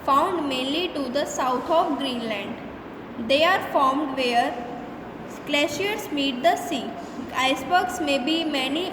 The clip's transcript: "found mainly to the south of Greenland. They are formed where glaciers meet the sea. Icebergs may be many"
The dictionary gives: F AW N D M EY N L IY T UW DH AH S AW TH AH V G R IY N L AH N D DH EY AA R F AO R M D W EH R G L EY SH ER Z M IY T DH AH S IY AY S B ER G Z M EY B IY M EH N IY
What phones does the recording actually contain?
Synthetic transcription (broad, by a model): F AW N D M EY N L IY T UW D AH S AW T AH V G R IY N L AH N D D EY AA R F AO R M D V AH R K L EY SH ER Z M IY T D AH S IY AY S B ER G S M EY B IY M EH N IY